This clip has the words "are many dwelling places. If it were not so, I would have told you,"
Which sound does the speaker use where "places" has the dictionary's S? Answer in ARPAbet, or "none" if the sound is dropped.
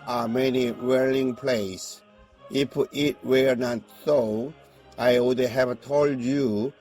none